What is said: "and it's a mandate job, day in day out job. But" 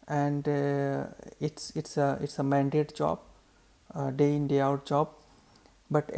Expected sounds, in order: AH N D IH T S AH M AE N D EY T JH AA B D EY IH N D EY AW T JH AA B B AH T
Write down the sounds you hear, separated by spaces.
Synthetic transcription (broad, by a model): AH N D IH T S AH M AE N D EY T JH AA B D EY IH N D EY AW T JH AA B B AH T